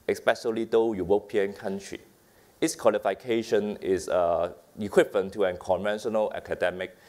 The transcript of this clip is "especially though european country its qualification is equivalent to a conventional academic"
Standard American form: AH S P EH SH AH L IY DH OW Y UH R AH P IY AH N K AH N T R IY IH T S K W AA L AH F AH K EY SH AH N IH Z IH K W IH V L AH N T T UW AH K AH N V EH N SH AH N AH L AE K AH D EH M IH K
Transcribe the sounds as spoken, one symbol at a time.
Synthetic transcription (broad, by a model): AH S P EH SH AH L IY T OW Y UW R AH P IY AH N K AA N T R IY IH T S K W AA L AH F AH K EY SH AH N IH S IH K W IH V AH N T T UW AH K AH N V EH N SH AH N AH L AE K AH D EH M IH K